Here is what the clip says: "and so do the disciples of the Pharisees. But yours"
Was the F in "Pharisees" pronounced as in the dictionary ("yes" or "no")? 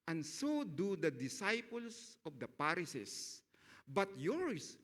no